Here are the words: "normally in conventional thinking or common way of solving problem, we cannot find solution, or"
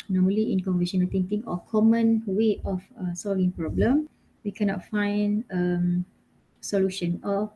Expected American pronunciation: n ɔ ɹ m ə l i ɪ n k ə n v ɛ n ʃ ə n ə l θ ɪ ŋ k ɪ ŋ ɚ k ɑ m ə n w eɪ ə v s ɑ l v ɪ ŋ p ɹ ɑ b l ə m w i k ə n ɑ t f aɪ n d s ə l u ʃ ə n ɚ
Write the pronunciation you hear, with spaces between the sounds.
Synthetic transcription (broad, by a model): n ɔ m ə l i ɪ n k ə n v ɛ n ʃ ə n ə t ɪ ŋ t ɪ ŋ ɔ k ɑ m ə n w eɪ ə f s ɑ l v ɪ ŋ p ɹ ɑ b l ə m w i k ə n ɑ t f aɪ n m s ə l u ʃ ə n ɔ